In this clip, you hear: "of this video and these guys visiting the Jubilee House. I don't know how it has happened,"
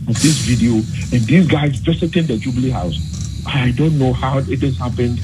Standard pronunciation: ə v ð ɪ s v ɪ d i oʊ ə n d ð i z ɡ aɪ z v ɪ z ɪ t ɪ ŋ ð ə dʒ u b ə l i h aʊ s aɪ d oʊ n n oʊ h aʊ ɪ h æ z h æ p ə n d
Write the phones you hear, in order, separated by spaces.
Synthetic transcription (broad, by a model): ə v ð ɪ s v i d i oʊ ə n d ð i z ɡ aɪ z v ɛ s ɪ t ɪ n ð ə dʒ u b l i h aʊ s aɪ d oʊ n n oʊ h aʊ ɪ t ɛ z h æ p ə n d